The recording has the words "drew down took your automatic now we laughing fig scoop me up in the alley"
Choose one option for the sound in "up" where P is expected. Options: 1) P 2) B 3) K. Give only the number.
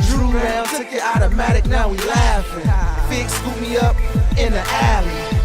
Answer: 1